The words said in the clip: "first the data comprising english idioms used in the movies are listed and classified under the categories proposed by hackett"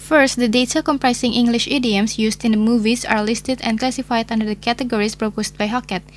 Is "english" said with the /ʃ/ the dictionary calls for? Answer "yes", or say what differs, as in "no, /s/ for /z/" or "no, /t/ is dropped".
yes